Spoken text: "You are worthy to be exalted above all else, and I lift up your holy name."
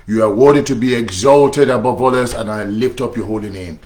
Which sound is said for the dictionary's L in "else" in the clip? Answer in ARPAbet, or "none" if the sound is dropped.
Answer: none